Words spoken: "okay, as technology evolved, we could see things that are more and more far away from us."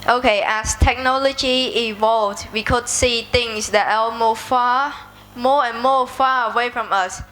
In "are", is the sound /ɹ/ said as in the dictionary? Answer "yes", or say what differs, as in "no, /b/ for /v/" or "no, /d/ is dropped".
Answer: no, /l/ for /ɹ/